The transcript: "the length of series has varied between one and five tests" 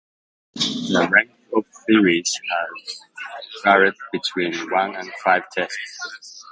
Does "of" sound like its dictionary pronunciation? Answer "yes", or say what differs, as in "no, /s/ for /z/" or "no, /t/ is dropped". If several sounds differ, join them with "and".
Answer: no, /p/ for /v/